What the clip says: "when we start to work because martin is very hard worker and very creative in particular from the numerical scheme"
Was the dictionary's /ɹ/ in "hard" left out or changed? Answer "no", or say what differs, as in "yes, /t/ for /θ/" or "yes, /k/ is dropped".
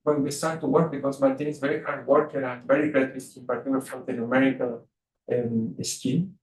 yes, /w/ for /ɹ/